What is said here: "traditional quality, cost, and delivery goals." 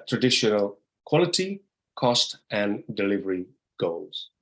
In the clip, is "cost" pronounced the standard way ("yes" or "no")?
yes